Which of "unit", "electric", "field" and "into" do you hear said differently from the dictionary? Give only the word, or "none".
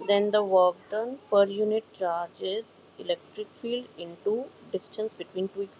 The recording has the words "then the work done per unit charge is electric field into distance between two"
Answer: none